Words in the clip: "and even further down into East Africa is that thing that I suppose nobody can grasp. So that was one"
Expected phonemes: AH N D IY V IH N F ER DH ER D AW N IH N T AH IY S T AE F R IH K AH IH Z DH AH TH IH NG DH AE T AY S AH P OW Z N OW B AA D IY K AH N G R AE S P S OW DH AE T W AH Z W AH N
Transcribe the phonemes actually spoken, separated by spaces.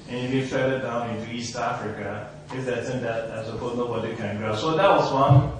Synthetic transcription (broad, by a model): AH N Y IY B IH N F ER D D AW N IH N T IY S T AE F R IH K AH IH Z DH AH S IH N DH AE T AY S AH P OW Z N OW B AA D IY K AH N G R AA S S OW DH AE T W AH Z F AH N